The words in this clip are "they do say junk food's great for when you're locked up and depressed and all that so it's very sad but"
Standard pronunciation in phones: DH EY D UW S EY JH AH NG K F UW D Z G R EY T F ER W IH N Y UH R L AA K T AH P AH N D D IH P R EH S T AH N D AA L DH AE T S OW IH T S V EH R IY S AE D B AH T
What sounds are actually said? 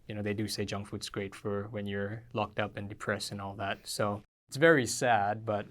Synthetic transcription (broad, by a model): DH EY D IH S EY JH AH NG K F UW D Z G R EY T F ER W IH N Y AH R L AA K T AH P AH N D D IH P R EH S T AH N AA L DH AE T S OW IH T S V EH R IY S AE D B AH T